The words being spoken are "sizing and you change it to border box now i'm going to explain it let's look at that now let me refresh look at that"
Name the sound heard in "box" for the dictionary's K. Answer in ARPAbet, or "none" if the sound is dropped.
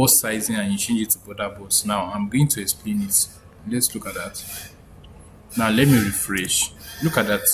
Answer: none